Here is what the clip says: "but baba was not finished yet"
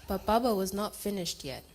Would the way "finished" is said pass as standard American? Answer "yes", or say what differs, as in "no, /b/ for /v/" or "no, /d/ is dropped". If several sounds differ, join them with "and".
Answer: yes